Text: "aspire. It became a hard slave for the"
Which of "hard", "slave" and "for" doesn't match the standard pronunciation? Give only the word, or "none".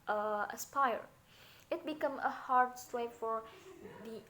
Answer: slave